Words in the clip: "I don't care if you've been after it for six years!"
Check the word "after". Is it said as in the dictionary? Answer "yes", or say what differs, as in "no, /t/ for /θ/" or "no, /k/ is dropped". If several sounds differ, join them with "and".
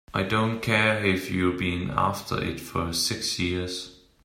yes